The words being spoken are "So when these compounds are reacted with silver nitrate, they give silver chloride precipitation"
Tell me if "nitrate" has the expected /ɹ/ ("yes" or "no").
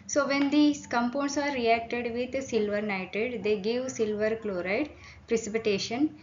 no